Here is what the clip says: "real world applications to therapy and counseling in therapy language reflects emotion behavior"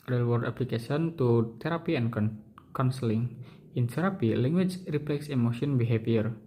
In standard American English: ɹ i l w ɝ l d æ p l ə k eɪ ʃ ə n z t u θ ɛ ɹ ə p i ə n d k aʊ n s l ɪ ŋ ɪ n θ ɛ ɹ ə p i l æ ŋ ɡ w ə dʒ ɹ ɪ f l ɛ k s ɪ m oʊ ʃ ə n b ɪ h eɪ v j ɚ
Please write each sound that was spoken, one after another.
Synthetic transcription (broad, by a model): ɹ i l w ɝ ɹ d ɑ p l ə k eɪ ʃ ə n t u t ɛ ɹ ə p i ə n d k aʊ n s l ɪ ŋ ɪ n t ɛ ɹ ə p i l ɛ ŋ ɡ w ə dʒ ɹ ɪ p l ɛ k s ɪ m oʊ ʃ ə n b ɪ h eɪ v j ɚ